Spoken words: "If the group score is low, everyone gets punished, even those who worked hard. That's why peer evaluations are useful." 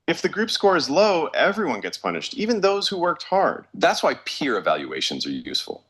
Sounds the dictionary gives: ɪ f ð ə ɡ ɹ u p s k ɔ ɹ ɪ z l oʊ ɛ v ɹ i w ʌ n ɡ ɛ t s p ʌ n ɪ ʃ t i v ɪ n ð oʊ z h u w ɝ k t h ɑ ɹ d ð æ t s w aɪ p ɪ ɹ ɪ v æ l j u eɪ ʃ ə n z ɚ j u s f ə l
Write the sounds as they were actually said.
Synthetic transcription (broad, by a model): ɪ f ð ə ɡ ɹ u p s k ɔ ɹ ɪ z l oʊ ɛ v ɹ i w ʌ n ɡ ɛ t s p ʌ n ɪ ʃ t i v ɪ n ð oʊ z h u w ɝ k t h ɑ ɹ d ð æ t s w aɪ p ɪ ɹ ɪ v æ l j u eɪ ʃ ə n z ɚ j u s f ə l